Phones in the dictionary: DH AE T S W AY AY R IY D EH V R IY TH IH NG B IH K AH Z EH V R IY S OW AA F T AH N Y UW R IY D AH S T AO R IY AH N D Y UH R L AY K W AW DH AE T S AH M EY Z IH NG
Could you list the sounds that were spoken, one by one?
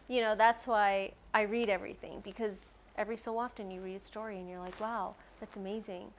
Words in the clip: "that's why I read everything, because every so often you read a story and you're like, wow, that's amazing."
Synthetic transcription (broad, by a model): DH AE T S W AY AY R IY D EH V R IY TH IH NG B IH K AH Z EH V R IY S OW AA F T AH N Y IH R IY D AH S T AO R IY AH N Y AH R L AY K W AW DH AE T S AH M EY Z IH NG